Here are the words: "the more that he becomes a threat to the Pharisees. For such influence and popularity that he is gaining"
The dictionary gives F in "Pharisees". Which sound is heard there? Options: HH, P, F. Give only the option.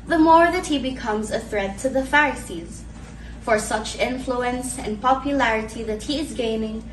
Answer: F